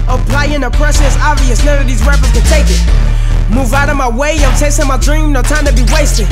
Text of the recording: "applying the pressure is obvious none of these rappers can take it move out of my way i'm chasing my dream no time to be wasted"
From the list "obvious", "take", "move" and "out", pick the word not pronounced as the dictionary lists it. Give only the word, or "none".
none